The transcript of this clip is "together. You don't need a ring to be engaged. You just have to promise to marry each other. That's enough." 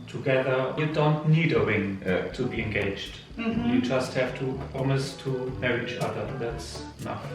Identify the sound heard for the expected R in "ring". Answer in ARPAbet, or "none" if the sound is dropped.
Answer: W